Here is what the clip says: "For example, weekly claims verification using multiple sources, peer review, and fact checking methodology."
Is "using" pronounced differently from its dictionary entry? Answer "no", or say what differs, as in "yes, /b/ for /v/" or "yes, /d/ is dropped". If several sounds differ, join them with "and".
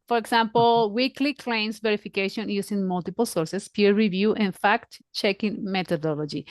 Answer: yes, /s/ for /z/